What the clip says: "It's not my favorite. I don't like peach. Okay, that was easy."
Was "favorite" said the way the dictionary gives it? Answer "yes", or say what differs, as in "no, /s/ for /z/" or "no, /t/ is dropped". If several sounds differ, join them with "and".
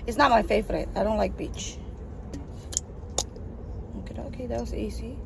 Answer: yes